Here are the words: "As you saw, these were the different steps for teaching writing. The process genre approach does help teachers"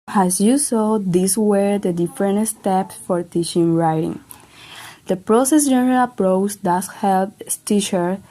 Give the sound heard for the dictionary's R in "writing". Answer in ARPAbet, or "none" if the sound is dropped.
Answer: R